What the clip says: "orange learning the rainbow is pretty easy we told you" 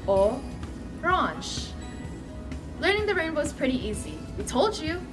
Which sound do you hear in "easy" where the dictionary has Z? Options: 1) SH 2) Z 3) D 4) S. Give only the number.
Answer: 2